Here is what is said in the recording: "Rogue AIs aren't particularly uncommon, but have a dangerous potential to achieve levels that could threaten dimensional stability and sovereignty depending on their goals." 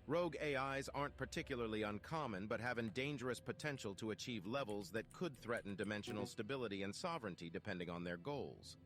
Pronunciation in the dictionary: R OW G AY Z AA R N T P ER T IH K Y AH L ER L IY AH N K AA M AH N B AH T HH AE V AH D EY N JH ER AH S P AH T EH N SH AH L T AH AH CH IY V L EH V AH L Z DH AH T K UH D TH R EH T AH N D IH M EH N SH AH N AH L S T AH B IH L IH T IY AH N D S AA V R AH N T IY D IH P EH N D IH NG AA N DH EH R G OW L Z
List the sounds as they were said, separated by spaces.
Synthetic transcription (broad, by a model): R OW G AY Z AA R N P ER T IH K Y L ER L IY AH N K AA M AH N B AH T HH AE V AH D EY N JH ER AH S P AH T EH N SH L T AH AH CH IY V L EH V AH L Z DH AH T K UH D TH R EH T N D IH M EH N SH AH N L S T AH B IH L IH T IY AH N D S AA V R AH N T IY D IH P EH N D IH NG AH N DH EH R G OW L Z